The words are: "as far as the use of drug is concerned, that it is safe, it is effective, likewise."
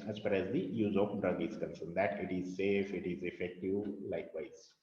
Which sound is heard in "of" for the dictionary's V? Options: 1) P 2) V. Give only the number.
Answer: 1